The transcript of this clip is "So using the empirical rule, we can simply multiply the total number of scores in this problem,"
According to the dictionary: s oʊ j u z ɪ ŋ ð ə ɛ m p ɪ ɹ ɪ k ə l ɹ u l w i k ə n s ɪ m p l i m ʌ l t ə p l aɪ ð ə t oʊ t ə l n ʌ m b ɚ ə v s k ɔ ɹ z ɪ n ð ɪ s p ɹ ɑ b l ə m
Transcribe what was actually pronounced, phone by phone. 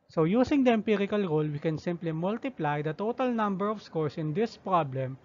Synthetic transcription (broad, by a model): s oʊ j u s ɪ ŋ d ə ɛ m p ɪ ɹ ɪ k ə l ɹ u l w i k ə n s ɪ m p l i m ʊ l t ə p l aɪ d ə t oʊ t ə l n ʌ m b ɚ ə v s k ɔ ɹ s ɪ n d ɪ s p ɹ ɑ b l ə m